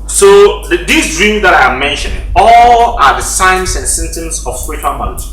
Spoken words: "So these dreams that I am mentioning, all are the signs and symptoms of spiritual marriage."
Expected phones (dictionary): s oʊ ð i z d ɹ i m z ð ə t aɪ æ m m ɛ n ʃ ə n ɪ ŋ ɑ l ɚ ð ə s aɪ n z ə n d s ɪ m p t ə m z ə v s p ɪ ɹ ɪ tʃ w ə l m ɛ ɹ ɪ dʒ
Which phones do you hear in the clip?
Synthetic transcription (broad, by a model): s oʊ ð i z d ɹ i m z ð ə t aɪ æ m m ɛ n ʃ ə n ɪ ŋ ɑ l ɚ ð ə s aɪ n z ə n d s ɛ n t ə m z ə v s p ɪ ɹ ɪ tʃ w ə l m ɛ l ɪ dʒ